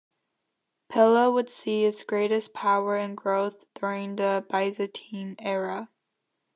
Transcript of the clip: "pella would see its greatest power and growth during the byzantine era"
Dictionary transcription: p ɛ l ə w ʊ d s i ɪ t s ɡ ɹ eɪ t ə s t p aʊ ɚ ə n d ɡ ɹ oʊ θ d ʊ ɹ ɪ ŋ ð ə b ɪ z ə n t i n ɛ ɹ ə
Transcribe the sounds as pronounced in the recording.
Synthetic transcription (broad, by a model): p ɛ l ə w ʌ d s i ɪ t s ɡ ɹ eɪ t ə s p aʊ ɚ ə n ɡ ɹ oʊ θ d ʊ ɹ ɪ ŋ ð ə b ɪ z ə t i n ɛ ɹ ə